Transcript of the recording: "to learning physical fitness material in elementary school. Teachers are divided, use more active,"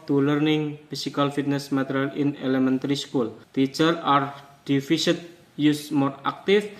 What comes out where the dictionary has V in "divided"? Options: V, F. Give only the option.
F